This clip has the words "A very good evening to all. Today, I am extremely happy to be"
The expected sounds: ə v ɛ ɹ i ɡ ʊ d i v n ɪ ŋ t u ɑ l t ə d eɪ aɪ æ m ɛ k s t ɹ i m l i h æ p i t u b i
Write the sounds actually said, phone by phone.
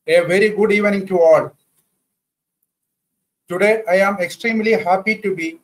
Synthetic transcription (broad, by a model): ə v ɛ ɹ i ɡ ʊ d i v n ɪ ŋ t u ɑ l t ə d eɪ aɪ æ m ɛ k s t ɹ i m l i h æ p i t u b i